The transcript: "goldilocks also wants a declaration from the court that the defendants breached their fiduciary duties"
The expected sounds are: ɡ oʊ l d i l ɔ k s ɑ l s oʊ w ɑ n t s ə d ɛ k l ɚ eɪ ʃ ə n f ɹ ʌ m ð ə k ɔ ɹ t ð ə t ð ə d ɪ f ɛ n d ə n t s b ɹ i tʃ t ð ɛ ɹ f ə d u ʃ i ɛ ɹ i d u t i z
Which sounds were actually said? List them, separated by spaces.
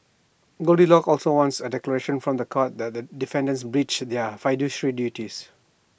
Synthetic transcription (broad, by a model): ɡ oʊ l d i l ɔ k ɑ l s oʊ w ɑ n t s ə d ɛ k l ɚ eɪ ʃ ə n f ɹ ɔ m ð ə k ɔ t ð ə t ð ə d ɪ f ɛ n d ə n s b ɹ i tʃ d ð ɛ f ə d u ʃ ɹ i d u t i s